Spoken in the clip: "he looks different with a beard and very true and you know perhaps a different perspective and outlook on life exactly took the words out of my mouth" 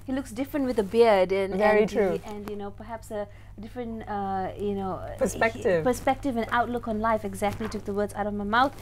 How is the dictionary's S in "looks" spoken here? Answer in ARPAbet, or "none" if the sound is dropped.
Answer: S